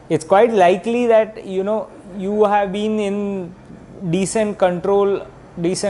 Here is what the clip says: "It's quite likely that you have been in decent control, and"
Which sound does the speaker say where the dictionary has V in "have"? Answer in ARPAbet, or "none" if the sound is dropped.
V